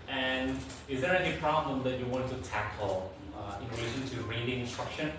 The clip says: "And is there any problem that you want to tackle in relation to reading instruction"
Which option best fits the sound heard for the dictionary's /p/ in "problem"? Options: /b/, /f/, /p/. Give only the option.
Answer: /p/